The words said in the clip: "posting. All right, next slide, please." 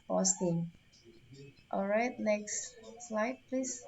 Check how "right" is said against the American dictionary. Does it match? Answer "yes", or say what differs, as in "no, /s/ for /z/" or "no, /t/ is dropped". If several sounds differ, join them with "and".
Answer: yes